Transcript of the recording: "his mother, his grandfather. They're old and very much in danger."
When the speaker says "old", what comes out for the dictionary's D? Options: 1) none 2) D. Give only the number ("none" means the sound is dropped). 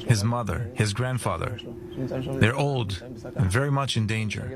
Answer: 2